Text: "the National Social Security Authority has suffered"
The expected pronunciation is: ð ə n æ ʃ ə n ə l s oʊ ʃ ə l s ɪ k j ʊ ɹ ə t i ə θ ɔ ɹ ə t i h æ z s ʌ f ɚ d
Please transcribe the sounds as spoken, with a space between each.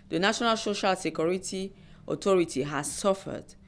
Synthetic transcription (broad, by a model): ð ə n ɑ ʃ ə n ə l s oʊ ʃ ə l s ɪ k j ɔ ɹ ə t i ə t ɔ ɹ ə t i h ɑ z s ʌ f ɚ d